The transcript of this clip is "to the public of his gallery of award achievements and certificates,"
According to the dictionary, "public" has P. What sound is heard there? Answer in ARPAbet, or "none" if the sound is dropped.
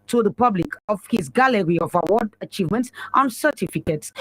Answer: P